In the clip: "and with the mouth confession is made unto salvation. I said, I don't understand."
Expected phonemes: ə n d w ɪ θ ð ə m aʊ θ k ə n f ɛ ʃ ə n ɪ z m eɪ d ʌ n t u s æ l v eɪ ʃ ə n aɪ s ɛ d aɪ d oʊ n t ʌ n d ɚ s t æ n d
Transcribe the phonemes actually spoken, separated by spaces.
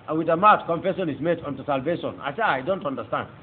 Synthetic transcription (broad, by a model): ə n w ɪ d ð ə m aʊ t k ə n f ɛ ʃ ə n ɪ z m eɪ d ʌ n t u s æ l v eɪ ʃ ə n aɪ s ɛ aɪ d oʊ n t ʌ n d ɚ s t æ n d